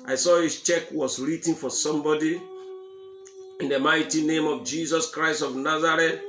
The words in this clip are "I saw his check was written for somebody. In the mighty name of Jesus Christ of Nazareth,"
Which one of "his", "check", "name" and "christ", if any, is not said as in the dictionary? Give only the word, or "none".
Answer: his